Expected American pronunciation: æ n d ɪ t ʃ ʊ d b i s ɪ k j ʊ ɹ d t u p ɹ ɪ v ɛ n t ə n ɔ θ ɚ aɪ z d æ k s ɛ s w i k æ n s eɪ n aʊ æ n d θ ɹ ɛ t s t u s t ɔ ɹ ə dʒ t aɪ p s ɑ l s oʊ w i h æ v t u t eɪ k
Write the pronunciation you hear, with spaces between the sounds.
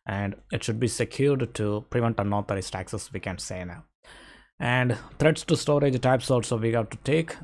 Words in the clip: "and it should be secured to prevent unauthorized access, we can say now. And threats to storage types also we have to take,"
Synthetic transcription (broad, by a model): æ n d ɪ t ʃ ʊ d b i s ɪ k j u ɹ d t u p ɹ ɪ v ɛ n t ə n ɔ t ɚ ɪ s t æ k s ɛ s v i k æ n s eɪ n aʊ æ n d t ɹ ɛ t s t u s t ɔ ɹ ə dʒ t aɪ p s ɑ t s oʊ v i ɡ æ t u t eɪ k